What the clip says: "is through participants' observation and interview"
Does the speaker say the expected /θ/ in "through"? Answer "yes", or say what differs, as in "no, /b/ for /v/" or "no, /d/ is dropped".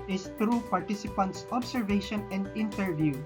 no, /t/ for /θ/